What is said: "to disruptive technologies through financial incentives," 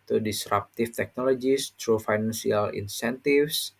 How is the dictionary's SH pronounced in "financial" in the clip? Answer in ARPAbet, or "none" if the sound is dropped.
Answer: S